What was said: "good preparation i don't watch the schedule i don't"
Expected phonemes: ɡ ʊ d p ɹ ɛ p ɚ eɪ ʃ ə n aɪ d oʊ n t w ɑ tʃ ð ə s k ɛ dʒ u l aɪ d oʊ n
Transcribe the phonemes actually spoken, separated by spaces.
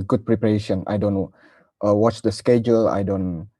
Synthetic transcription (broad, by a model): ɡ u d p ɹ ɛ p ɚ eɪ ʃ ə n aɪ d oʊ n t w ɑ tʃ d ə s k ɛ dʒ u l aɪ d oʊ n